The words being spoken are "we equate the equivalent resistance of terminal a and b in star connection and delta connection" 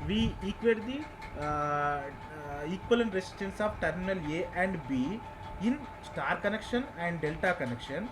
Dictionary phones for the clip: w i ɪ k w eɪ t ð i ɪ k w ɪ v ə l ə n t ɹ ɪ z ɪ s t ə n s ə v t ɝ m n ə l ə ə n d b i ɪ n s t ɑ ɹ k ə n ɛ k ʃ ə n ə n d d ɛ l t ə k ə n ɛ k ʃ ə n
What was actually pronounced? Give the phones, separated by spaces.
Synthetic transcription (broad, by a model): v i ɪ k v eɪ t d i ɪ k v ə l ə n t ɹ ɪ s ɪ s t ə n s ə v t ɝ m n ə l ə ə n d b i ɪ n s t ɑ ɹ k ə n ɛ k ʃ ə n ə n d d ɛ l t ə k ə n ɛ k ʃ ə n